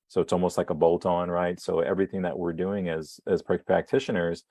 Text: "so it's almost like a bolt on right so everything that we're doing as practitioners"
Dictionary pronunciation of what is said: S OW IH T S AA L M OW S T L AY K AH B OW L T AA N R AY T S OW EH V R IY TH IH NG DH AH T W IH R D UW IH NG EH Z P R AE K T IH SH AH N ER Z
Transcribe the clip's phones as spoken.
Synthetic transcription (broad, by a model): S OW IH T S AA L M OW S T L AY K AH B OW L T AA N R AY T S OW EH V R IY TH IH NG DH AH T W IH R D UW IH NG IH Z P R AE K T IH SH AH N ER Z